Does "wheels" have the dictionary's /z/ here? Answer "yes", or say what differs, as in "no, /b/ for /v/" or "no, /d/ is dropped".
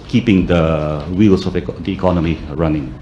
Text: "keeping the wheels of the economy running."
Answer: no, /s/ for /z/